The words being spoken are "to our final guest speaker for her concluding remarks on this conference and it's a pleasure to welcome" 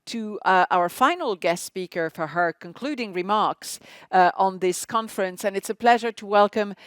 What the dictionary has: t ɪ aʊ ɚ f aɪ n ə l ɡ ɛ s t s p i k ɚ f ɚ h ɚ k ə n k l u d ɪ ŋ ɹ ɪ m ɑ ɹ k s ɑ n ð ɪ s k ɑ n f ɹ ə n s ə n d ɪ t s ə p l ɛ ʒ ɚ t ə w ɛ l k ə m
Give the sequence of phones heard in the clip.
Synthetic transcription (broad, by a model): t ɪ aʊ ɚ f aɪ n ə l ɡ ɛ s t s p i k ɚ f ɚ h ɚ k ə n k l u d ɪ ŋ ɹ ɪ m ɑ ɹ k s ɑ n ð ɪ s k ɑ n f ɹ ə n s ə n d ɪ t s ə p l ɛ ʒ ɚ t ə w ɛ l k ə m